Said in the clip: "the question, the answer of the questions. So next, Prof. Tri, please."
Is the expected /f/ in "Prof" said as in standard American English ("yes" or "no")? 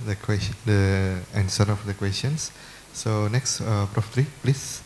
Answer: yes